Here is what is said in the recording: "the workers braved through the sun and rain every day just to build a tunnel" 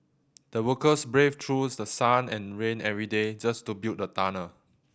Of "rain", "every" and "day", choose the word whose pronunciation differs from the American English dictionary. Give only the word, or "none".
none